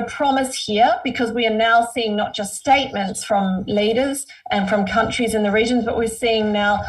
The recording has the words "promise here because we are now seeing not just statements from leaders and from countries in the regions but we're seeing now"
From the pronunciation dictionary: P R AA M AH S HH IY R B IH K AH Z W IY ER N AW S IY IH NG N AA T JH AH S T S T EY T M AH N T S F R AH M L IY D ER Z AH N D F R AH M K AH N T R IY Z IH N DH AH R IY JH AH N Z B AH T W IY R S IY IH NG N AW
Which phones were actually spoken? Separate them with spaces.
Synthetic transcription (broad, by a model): P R AA M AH S HH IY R B IH K AH Z W IY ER N AW S IY IH NG N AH T JH AH S T S T EY T M AH N T S F R AH M L IY D ER Z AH N F R AH M K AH N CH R IY Z IH N DH AH R IY JH AH N Z B AH T W IY R S IY IH NG N AW